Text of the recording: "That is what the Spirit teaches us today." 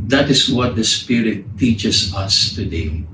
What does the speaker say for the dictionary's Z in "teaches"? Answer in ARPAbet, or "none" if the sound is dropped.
S